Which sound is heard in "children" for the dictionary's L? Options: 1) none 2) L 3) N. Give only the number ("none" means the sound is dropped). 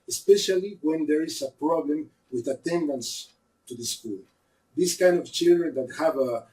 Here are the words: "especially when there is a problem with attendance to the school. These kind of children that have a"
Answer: 2